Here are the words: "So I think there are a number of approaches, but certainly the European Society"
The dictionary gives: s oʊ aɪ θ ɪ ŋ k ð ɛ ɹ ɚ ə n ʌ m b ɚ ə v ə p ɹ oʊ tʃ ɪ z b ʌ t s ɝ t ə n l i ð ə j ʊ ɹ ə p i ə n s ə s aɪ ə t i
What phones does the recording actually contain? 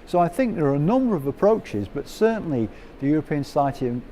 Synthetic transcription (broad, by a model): s oʊ aɪ θ ɪ ŋ k ð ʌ ɹ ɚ ə n ʌ m b ɚ ə v ə p ɹ oʊ tʃ ɪ z b ʌ t s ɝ t n l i ð ə j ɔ ɹ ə p i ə n s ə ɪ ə t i